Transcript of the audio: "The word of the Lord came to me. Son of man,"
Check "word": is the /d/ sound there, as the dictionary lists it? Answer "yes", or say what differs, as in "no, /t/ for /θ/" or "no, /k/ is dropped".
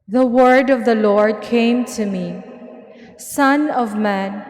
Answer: yes